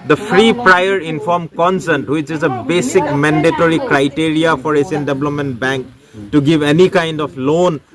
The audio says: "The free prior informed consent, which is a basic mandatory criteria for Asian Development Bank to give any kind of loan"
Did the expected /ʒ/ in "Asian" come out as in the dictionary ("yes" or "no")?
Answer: no